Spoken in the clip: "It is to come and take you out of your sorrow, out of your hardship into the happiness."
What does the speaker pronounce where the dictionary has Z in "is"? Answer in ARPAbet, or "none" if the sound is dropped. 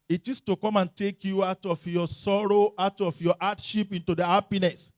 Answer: S